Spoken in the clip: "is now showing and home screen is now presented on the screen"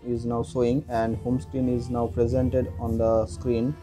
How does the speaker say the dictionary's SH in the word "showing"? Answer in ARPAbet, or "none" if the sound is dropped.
S